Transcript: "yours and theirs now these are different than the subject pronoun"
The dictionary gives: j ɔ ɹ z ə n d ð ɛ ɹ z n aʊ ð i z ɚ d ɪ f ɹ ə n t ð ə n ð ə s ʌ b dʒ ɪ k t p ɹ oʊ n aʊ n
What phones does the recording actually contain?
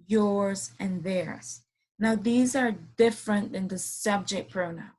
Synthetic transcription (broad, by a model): j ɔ ɹ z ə n ð ɛ ɹ z n aʊ ð i z ɚ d ɪ f ɹ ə n ð ə n ð ə s ʌ b dʒ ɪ k p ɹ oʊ n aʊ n